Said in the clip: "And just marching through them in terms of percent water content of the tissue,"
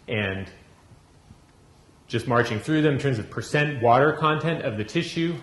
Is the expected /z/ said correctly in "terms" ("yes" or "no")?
yes